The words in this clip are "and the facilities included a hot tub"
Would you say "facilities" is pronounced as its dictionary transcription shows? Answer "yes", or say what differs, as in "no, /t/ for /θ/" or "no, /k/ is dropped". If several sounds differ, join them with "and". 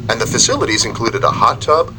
yes